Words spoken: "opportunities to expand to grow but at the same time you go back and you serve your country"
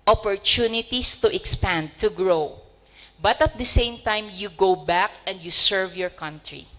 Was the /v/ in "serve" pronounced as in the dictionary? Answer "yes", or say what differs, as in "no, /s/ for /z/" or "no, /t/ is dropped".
yes